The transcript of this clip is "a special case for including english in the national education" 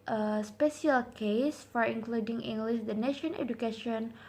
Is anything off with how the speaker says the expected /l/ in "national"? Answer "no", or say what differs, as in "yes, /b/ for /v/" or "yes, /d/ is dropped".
yes, /n/ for /l/